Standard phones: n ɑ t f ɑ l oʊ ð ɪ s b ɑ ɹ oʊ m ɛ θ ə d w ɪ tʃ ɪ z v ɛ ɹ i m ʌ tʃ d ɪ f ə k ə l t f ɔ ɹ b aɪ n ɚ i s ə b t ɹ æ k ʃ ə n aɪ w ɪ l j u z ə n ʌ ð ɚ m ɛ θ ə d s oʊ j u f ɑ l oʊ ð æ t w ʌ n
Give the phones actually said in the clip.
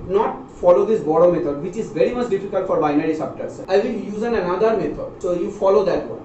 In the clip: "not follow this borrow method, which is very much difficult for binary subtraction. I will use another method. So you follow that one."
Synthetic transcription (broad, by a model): n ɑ t f ɑ l oʊ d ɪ s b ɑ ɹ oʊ m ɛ t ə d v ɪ tʃ ɪ z v ɛ ɹ i m ʌ tʃ d ɪ f ə k ə l t f ɔ ɹ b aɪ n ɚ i s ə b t ʌ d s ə ɪ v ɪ l j u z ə n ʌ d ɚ m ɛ t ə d s oʊ j u f ɑ l oʊ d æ t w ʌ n